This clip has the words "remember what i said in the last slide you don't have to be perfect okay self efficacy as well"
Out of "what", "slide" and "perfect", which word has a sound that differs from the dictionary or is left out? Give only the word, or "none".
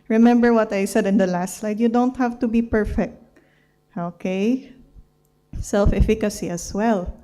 none